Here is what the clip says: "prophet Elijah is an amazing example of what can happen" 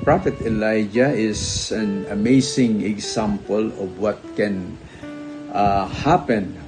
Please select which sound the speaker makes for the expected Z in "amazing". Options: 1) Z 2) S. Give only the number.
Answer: 2